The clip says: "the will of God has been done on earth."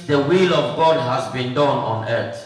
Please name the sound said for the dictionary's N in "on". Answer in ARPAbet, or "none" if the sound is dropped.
N